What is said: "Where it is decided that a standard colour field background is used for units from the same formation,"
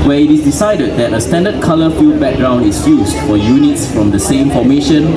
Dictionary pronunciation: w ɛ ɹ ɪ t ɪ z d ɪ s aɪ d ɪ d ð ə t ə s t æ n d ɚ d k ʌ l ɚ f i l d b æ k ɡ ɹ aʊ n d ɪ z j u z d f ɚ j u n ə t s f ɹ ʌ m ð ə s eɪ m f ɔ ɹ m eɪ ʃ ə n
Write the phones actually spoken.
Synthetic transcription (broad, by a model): w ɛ ɪ t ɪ s d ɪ s aɪ d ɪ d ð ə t ə s t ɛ n d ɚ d k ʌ l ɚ f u d b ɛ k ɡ ɹ aʊ n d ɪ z j u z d f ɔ j u n ə t s f ɹ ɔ m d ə s eɪ m f ɔ m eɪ ʃ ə n